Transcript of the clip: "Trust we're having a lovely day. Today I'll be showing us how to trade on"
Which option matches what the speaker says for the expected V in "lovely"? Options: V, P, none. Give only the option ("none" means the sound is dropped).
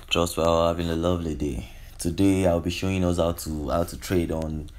V